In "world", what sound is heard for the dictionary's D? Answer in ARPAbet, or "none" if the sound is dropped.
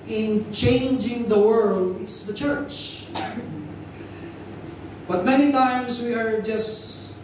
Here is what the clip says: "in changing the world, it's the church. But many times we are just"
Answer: D